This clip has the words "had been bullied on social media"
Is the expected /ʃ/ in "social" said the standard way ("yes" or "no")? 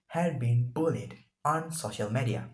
yes